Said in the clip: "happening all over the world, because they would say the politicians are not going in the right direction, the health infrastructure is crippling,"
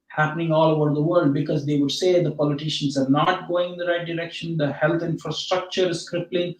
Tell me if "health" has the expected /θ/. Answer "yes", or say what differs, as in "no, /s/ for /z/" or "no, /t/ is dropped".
no, /t/ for /θ/